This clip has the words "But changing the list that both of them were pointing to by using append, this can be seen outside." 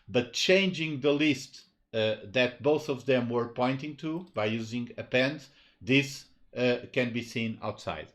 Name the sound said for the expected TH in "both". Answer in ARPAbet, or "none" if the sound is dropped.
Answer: TH